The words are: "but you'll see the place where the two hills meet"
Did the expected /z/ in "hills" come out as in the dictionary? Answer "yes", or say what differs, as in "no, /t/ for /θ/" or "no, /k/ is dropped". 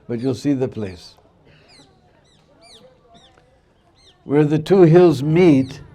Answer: yes